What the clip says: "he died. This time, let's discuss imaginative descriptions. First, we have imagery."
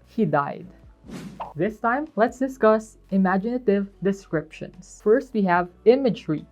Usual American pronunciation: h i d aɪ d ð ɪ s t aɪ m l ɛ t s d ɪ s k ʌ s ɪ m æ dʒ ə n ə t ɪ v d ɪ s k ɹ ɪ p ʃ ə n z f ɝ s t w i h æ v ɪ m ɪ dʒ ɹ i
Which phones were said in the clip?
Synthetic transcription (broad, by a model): h i d aɪ d ð ɪ s t aɪ m l ɛ t s d ɪ s k ʌ s ɪ m æ dʒ ə n ə t ɪ v d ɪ s k ɹ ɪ p ʃ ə n s f ɝ s t w i h æ v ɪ m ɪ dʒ ɹ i